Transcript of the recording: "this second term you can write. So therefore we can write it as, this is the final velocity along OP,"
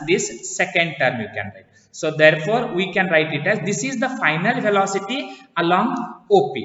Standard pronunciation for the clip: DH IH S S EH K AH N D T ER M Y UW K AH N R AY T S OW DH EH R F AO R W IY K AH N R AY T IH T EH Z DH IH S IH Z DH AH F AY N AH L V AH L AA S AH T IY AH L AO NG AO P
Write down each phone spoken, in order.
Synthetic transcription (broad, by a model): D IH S S EH K AH N D T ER M Y UW K AH N R AY T S OW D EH R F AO R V IY K AH N R AY T IH T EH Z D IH S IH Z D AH F AY N AH L F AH L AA S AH T IY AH L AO NG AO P